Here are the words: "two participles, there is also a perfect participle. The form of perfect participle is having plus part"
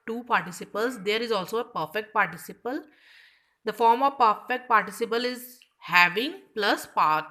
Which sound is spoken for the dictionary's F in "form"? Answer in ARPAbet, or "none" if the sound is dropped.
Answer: F